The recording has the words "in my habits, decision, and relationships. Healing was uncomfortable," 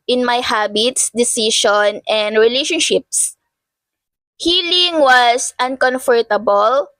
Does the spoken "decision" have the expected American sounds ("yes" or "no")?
no